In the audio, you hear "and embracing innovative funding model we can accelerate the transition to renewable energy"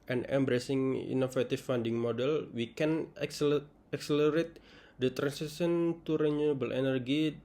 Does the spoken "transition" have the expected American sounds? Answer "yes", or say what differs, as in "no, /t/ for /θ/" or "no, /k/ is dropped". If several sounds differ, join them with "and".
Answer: no, /s/ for /z/ and /s/ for /ʃ/